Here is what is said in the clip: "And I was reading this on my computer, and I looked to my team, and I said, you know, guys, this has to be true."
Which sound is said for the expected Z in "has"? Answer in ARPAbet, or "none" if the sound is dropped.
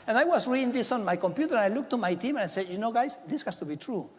S